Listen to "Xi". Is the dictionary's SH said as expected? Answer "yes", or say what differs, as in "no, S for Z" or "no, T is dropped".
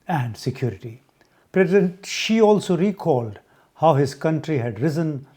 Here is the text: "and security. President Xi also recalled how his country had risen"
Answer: yes